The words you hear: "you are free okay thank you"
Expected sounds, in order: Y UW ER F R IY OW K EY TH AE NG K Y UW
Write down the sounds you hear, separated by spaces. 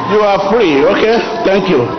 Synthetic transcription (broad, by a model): Y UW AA F R IY OW K EY T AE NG K Y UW